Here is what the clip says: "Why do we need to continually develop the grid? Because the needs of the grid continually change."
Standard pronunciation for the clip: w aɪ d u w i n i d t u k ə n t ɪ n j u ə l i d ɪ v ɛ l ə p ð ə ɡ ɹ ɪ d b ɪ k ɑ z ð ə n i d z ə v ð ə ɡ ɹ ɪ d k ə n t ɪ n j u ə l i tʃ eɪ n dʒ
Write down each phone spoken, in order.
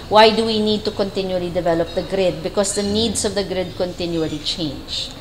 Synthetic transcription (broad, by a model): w aɪ d u w i n i d t u k ə n t ɪ n j u ə l i d ɪ v ɛ l ə p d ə ɡ ɹ ɪ d b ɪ k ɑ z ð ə n i d s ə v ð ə ɡ ɹ ɪ d k ə n t ɪ n j u ə l i tʃ eɪ n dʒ